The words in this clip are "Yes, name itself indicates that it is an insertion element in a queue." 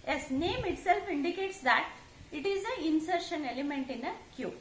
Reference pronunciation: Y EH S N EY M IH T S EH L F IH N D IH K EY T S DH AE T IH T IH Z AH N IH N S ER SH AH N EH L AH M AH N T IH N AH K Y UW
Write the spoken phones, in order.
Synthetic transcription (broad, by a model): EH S N EY M IH T S EH L F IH N D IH K EY T S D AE T IH T IH Z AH IH N S ER SH AH N EH L AH M AH N T IH N AH K Y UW